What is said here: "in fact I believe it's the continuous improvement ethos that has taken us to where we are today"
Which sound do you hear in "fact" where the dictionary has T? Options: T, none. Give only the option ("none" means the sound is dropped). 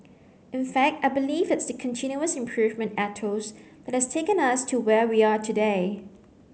T